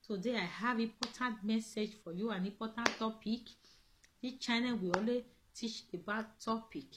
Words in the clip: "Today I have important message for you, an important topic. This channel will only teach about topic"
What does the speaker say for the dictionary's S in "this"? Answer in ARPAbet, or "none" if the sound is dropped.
none